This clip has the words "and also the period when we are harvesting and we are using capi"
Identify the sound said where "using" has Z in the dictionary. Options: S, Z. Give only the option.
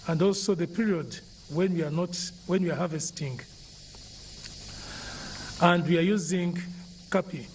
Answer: Z